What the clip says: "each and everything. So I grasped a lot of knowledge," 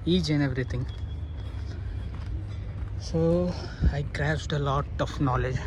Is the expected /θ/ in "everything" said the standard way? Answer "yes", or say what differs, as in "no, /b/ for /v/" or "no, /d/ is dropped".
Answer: no, /t/ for /θ/